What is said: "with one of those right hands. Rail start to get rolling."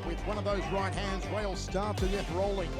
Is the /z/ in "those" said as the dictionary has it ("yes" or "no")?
yes